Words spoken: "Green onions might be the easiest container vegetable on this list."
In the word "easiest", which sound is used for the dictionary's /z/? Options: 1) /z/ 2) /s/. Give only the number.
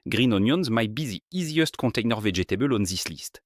1